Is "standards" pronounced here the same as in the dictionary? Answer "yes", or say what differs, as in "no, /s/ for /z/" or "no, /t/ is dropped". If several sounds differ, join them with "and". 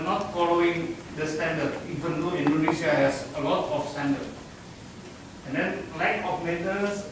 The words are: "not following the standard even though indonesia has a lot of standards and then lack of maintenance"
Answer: no, /z/ is dropped